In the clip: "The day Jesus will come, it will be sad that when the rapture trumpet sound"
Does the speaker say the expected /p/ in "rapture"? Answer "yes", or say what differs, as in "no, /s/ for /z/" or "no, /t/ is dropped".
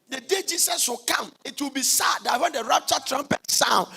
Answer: no, /p/ is dropped